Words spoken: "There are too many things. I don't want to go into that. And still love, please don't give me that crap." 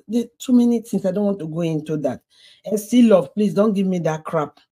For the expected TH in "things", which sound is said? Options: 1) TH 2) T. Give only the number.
2